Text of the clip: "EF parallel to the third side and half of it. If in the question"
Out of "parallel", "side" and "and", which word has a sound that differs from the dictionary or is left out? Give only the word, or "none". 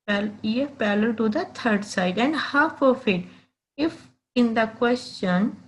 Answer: parallel